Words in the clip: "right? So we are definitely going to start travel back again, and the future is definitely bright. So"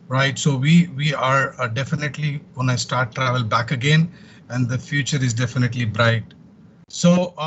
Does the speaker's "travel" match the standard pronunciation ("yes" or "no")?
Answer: yes